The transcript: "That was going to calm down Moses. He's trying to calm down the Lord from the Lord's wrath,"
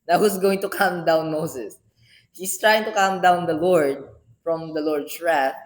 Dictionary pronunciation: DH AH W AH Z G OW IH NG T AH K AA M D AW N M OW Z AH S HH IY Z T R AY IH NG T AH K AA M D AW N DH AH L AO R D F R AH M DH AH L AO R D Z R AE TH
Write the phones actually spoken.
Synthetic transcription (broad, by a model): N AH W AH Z G OW IH NG T AH K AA M D AW N M OW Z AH S HH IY S T R AY IH NG T AH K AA M D AW N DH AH L AO R D F R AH M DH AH L AO R D S R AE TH